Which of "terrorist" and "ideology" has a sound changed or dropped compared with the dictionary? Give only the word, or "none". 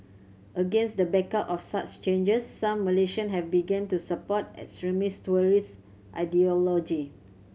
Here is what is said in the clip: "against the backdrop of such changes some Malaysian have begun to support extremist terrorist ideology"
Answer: terrorist